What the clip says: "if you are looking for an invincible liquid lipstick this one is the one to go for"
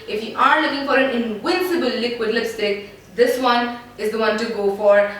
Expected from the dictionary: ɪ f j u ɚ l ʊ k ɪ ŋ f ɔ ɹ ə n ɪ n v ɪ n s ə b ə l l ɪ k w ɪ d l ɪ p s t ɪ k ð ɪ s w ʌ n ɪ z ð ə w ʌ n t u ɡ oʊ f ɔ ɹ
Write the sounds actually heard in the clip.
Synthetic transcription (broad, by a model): ɪ f j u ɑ l ʊ k ɪ ŋ f ɔ ɹ ə n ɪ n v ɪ n s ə b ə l l ɪ k w ɪ d l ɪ s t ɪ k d ɪ s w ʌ n ɪ z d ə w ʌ n t u ɡ oʊ f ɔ ɹ